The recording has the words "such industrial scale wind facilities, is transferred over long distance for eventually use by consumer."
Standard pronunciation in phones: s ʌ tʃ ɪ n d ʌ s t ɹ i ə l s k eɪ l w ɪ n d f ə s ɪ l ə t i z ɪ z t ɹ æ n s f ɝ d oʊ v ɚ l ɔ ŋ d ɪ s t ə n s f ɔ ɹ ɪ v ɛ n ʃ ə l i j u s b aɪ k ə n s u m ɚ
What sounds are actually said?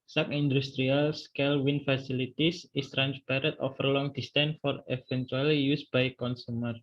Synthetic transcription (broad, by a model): s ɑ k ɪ n d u s t ɹ i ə l s k eɪ l w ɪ n f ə s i l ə t i s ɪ s t ɹ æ n s p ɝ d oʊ f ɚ l ɔ ŋ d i s t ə n f ɔ ɹ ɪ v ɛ n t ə l i j u s b aɪ k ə n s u m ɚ